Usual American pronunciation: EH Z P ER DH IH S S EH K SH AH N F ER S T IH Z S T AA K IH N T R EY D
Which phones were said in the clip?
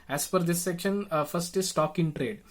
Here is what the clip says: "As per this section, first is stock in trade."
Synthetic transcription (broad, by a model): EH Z F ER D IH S S EH K SH AH N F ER S T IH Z S T AA K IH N T R EY D